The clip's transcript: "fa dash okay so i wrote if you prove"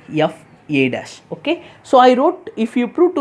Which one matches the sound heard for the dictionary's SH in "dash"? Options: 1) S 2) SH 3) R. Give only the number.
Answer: 1